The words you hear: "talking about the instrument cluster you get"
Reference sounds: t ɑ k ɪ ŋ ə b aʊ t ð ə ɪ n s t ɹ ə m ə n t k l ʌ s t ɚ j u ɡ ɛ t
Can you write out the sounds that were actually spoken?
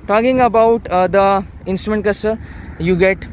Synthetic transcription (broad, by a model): t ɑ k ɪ ŋ ə b aʊ t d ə ɪ n s t ɹ ə m ə n t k ʌ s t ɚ j u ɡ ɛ t